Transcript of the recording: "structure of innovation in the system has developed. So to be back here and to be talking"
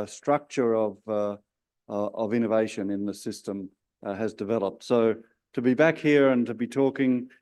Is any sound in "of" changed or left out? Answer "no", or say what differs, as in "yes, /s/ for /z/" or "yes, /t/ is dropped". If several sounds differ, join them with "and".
no